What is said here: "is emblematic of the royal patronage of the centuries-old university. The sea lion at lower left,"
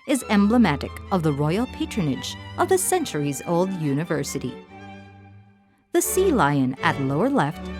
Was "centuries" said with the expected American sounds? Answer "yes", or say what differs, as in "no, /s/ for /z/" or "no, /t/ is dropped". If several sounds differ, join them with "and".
yes